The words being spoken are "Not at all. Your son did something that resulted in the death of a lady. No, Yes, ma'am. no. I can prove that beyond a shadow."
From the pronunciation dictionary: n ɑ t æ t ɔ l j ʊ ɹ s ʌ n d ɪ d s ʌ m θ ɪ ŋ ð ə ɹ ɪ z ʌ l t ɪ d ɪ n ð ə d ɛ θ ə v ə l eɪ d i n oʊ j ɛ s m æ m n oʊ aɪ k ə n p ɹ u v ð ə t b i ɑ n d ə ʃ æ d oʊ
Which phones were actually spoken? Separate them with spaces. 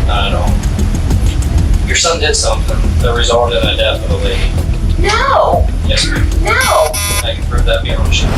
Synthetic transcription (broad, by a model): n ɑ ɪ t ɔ n j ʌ ɹ s ʌ n d ɪ d s ʌ m θ ɪ ŋ ð ə ɹ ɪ z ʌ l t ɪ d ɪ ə d ɛ f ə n ə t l i n oʊ j ɛ s n oʊ aɪ k ə n p ɹ u v ð ə t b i ə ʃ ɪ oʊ